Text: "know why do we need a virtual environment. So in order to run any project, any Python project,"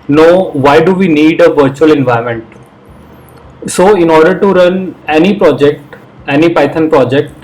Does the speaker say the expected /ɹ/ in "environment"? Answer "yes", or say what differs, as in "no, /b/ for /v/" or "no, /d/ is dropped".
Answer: no, /ɹ/ is dropped